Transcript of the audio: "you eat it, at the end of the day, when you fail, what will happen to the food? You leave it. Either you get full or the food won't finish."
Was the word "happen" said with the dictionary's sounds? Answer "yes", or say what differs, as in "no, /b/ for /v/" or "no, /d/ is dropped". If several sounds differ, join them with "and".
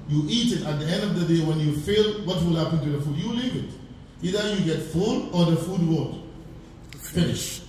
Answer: yes